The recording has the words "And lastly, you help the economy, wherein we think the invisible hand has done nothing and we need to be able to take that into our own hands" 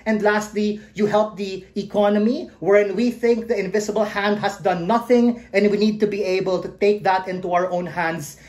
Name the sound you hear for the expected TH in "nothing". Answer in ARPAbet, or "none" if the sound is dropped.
TH